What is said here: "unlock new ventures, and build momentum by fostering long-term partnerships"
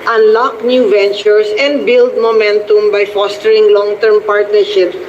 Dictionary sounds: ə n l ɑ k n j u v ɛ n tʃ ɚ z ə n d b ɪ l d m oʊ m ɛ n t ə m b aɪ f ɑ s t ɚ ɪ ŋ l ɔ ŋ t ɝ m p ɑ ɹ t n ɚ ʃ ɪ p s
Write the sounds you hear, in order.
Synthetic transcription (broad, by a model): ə n l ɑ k n j u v ɛ n tʃ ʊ s ə n d b ɪ l d m oʊ m ɛ n t ə m b aɪ f ɑ s t ɚ ɪ ŋ l ɔ ŋ t ɝ m p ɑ ɹ t n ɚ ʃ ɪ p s